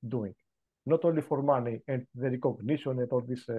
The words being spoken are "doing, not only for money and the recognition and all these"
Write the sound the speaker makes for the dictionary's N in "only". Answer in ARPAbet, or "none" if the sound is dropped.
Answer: none